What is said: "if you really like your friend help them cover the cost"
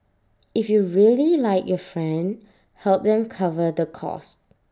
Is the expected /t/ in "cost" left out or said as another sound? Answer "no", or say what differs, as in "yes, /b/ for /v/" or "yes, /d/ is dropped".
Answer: no